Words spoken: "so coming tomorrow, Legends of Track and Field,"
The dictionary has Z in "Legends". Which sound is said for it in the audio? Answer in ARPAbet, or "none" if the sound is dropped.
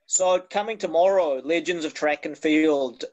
Z